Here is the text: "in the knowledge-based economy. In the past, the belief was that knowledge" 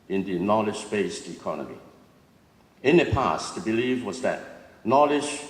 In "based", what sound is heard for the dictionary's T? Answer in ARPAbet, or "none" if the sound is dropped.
T